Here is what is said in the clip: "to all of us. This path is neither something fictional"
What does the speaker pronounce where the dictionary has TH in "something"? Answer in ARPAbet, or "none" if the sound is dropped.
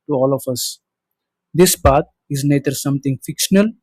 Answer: T